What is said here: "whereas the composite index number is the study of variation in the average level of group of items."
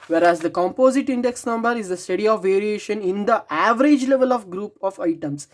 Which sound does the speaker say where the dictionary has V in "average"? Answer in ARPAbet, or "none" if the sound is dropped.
V